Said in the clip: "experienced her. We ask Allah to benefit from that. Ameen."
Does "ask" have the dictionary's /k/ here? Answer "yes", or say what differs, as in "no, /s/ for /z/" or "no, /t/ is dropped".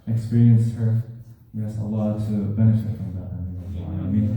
no, /k/ is dropped